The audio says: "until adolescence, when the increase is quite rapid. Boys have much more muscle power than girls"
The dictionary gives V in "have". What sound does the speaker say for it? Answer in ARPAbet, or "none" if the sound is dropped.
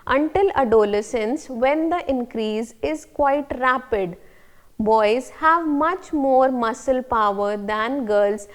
V